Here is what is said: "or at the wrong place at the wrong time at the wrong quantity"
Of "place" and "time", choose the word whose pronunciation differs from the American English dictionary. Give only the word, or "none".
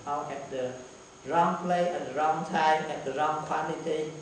place